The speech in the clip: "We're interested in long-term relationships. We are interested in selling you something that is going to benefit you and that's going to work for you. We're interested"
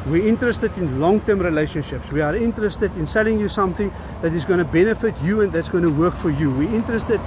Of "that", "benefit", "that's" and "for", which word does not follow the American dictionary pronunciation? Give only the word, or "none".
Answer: none